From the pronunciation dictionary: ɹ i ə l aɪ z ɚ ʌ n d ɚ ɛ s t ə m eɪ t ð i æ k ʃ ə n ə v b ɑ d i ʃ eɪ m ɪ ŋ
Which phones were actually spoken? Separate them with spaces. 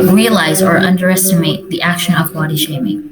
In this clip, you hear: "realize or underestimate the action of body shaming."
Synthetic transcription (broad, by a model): ɹ i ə l aɪ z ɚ ʌ n d ɚ ɛ s t ə m eɪ t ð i æ k ʃ ə n ə v b ɑ d i ʃ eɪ m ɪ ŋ